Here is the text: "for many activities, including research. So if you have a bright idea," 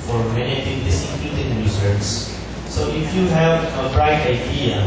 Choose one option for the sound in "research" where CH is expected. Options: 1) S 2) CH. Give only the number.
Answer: 1